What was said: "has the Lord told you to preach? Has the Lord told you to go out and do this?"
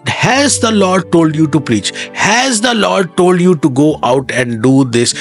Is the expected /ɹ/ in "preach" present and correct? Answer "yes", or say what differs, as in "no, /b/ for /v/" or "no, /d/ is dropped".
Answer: yes